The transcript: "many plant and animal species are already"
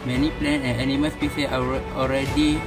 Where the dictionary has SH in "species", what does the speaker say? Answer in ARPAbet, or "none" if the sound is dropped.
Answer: S